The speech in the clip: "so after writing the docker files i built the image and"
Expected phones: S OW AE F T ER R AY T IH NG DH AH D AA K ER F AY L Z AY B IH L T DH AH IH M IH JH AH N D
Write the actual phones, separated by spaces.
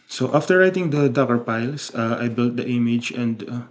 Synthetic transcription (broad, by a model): S OW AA F T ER R AY T IH NG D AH D AA K ER P AY L S AY B IH L T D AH IH M IH JH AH N D